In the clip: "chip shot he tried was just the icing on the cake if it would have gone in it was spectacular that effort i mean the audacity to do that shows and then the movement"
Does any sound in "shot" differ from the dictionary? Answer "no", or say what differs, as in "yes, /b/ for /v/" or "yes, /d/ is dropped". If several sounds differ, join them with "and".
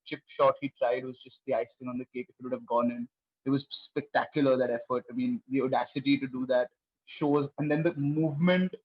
no